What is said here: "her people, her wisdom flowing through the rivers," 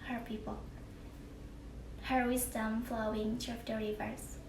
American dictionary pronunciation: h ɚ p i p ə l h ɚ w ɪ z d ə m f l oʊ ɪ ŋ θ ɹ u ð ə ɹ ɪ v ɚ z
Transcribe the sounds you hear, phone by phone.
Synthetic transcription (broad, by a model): h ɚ p i p ə l h ɚ w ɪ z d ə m f l oʊ ɪ ŋ t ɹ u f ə ɹ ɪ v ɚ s